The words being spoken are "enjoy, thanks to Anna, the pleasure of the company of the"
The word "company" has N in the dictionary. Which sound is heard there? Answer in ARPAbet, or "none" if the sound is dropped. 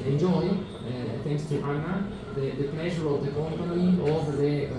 none